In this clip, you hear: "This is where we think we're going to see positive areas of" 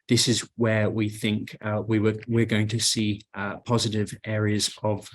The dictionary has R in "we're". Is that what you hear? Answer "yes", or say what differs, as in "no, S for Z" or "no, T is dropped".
no, W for R